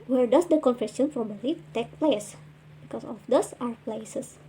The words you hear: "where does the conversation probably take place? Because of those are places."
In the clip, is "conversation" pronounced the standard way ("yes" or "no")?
no